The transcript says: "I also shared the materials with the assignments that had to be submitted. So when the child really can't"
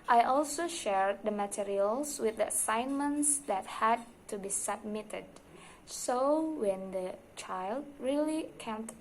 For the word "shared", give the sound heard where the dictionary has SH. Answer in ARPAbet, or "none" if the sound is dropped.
SH